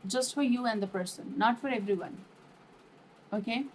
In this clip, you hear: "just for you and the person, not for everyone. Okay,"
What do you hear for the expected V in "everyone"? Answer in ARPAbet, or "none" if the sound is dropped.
V